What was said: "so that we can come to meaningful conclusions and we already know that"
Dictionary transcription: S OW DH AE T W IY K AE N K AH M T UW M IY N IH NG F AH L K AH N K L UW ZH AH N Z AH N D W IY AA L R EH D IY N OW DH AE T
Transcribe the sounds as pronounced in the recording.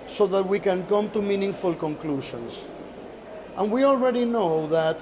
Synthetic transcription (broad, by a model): S OW DH AE T W IY K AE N K AH M T UW M IY N IH NG F AH L K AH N K L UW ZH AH N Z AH N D W IY AA L R EH D IY N OW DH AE T